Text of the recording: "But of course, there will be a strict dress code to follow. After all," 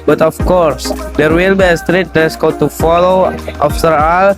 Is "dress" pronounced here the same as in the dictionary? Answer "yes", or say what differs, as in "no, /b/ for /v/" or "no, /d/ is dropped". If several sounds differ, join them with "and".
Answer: no, /ɹ/ is dropped